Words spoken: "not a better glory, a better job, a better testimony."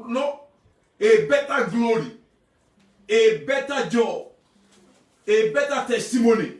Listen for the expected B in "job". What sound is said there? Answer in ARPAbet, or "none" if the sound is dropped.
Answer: none